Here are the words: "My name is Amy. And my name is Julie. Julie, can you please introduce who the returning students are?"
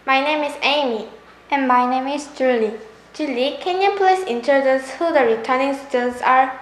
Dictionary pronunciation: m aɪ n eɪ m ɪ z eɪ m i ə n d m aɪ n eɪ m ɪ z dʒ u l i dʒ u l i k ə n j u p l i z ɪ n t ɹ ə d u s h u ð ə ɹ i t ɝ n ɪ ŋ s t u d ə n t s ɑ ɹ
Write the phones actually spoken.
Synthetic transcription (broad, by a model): m aɪ n eɪ m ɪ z eɪ m i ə n m aɪ n eɪ m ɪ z dʒ u l i dʒ u l i k ə n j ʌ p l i s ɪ n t ə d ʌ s h u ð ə ɹ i t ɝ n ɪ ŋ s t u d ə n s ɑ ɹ